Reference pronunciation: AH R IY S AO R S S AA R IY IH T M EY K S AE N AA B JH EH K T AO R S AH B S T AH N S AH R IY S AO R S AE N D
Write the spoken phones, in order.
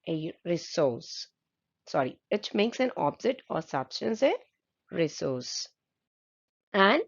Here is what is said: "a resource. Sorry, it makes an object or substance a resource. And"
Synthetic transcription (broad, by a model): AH R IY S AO R S S AA R IY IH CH M EY K S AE N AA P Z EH T AO R S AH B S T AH N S AH R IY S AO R S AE N D